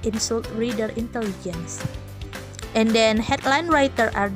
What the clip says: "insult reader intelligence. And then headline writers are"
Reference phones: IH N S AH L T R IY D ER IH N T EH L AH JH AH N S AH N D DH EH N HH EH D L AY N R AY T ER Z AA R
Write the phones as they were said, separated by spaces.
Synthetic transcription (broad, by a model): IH N S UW L T R IY D ER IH N T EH L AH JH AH N S AH N D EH N HH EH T L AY N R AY T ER AA R